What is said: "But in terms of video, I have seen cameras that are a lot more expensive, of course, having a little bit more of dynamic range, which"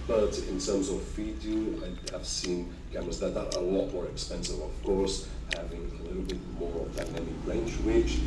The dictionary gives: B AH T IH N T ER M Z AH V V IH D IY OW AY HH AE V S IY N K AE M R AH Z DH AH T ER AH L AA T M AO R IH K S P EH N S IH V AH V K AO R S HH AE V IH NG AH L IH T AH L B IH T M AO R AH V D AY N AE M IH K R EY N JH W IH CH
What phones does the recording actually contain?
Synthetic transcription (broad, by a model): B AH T IH N T ER M Z AH V F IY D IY AY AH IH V S IY N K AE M AH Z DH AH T ER AH L AA T M AO R IH K S P EH N S IH V AH V K AO R S HH AE V IH NG AH L IH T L B IH T M AO R AH V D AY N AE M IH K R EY N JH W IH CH